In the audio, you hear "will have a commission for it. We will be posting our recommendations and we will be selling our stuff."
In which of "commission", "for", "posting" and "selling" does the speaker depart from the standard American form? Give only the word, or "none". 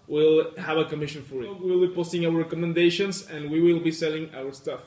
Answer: none